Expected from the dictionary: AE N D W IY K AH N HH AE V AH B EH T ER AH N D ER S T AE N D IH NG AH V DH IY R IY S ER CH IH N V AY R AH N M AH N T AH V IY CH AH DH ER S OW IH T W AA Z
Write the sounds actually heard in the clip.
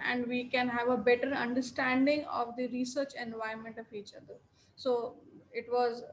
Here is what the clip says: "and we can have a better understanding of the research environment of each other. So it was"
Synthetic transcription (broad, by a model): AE N D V IY K AH N HH AE V AH B EH T ER AH N D ER S T AE N D IH NG AH V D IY R IY S ER CH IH N V AY AH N M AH N T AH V IY CH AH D ER S OW IH T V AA Z